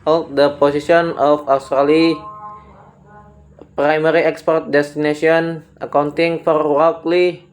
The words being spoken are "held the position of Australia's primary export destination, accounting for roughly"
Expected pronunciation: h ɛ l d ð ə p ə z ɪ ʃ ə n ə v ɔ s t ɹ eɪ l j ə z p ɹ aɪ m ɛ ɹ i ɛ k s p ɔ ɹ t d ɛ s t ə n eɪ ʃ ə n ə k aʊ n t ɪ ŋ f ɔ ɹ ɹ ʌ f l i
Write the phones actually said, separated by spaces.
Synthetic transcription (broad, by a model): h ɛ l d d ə p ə s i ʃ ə n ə f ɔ s t ɹ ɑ l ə p ɹ aɪ m ɛ ɹ i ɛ k s p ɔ ɹ t d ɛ s t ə n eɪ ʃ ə n ə k aʊ n t ɪ ŋ f ɔ ɹ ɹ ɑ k l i